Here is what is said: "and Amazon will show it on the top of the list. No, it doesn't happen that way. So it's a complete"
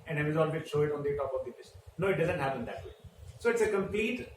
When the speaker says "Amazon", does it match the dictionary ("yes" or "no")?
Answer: no